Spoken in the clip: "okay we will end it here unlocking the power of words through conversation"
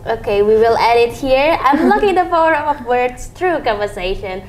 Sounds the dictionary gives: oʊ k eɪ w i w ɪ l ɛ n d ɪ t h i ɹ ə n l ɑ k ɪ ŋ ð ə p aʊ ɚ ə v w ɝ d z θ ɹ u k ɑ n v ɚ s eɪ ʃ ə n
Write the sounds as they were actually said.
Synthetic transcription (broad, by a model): oʊ k eɪ w i w ɪ l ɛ d ɪ t h i ɹ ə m l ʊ k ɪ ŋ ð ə f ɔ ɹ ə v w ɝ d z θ ɹ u k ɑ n v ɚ s eɪ ʃ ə n